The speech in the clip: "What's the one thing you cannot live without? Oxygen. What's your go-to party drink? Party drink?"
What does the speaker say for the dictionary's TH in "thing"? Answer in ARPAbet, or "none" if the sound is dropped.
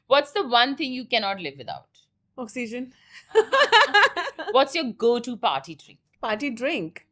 T